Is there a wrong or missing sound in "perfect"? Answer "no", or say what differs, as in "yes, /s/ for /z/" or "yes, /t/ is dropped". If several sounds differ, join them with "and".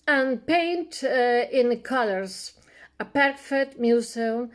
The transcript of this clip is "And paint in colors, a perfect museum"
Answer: yes, /k/ is dropped